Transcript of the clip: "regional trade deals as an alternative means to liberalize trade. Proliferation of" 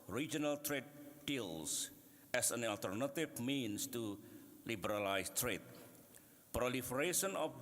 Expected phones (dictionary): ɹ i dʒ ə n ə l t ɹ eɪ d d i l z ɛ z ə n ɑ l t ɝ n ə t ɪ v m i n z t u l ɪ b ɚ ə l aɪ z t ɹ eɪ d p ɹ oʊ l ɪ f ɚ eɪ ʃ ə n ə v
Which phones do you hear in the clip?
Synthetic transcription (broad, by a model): ɹ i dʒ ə n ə l t ɹ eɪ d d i l s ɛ s ə n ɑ l t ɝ n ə t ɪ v m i n s t u l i b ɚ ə l aɪ s t ɹ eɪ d p ɹ oʊ l ɪ f ɚ eɪ ʃ ə n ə